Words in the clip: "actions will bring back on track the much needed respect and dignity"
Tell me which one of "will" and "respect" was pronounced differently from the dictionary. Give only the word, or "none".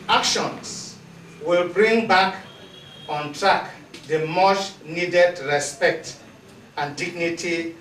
none